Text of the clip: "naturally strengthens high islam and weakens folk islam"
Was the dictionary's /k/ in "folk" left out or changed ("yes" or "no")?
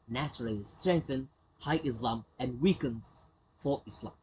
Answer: yes